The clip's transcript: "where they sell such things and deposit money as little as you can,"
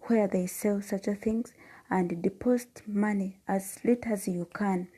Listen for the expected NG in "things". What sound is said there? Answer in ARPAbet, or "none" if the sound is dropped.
NG